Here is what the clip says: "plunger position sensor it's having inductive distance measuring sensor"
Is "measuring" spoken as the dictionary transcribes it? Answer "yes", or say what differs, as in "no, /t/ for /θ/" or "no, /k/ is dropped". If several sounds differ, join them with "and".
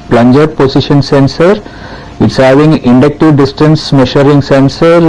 no, /ʃ/ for /ʒ/